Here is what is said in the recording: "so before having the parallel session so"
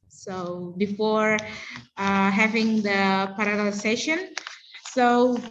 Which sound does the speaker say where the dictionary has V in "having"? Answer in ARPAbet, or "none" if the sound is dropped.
V